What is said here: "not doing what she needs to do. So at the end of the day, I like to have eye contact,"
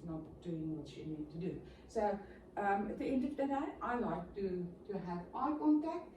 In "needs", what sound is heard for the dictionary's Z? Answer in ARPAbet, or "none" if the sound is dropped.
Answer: none